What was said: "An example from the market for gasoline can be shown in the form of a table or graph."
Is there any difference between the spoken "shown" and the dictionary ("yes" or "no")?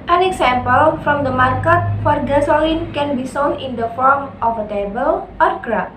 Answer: yes